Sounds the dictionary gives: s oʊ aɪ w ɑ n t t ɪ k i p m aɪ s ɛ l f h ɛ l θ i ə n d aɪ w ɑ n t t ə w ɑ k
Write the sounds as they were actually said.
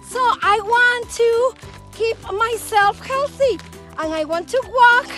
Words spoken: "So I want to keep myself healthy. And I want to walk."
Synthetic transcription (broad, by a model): s oʊ aɪ w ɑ n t t ɪ k i p m aɪ s ɛ l f h ɛ l θ i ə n aɪ w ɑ n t t ə w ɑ k